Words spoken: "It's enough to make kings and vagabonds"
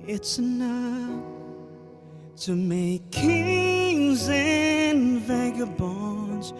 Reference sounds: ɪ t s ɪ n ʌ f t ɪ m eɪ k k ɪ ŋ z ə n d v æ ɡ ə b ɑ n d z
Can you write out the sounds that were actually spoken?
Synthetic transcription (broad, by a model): ɪ t s ɪ n ʌ f t ɪ m eɪ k k ɪ ŋ z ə n v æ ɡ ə b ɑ n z